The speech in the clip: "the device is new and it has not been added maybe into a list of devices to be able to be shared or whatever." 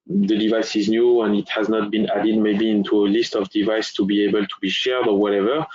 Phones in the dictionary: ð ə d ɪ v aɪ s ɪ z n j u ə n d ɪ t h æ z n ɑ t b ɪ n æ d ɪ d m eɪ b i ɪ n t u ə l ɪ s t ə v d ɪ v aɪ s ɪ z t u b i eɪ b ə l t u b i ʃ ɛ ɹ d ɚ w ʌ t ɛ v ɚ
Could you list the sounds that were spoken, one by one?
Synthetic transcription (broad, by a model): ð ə d ɪ v aɪ s ɪ z n j u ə n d ɪ t h æ z n ɑ t b ɪ n æ d ɪ d m eɪ b i ɪ n t u ə l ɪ s t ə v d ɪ v aɪ s t u b i eɪ b ə l t u b i ʃ ɛ ɹ d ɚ w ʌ t ɛ v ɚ